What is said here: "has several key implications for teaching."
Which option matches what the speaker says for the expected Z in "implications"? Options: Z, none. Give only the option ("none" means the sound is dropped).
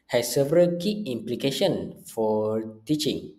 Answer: none